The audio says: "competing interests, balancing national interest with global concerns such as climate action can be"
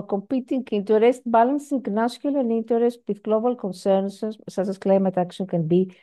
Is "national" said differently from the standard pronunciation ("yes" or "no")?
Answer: yes